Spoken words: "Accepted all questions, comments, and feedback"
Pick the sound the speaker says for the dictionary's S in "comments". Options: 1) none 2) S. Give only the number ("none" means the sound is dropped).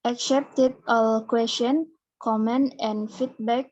1